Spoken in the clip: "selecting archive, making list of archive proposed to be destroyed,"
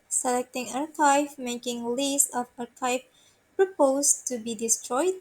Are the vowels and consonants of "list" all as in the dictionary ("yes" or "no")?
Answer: no